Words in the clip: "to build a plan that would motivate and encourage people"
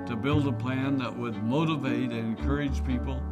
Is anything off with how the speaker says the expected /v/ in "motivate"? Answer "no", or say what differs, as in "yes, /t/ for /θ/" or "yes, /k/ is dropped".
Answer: no